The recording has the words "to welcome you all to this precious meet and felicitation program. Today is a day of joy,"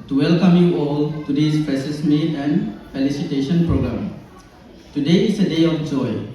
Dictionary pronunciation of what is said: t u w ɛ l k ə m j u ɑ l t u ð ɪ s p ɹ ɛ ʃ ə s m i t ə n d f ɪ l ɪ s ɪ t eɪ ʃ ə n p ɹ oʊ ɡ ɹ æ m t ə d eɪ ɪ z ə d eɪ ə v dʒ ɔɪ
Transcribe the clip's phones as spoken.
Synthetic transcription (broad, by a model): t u w ɛ l k ə m j u ɑ l t u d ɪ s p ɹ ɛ s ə s m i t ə n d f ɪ l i s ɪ t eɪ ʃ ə n p ɹ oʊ ɡ ɹ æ m t ə d eɪ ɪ s ə d eɪ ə f dʒ ɔɪ